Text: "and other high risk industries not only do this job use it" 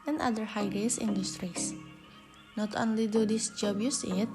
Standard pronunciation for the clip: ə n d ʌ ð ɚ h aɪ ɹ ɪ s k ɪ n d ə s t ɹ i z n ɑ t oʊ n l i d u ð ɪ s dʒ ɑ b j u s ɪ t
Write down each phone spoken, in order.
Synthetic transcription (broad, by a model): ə n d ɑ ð ɚ h aɪ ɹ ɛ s ɪ n d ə s t ɹ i s n ɑ t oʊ n l i d u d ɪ s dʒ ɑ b j u s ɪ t